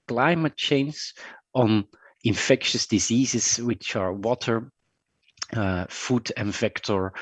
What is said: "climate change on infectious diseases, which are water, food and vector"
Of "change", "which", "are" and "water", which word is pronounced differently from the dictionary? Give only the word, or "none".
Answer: change